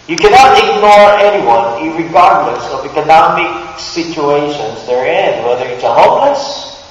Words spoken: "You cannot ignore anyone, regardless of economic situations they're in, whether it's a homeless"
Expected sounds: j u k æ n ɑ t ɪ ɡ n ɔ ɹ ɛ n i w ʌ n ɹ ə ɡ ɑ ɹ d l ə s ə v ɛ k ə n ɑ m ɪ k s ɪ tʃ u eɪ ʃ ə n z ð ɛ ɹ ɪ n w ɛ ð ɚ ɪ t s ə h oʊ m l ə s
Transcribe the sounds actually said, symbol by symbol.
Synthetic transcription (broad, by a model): j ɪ k æ n ɑ t ɪ ɡ n ɔ ɹ ɛ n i w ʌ n ɹ ə ɡ ɑ ɹ d l ə s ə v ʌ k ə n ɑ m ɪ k s ɪ tʃ u eɪ ʃ ə n z ð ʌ ɹ ɪ n w ɛ ð ɚ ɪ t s ə h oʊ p l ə s